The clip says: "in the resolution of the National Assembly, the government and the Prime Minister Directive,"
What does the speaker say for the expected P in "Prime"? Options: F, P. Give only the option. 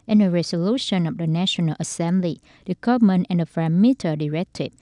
F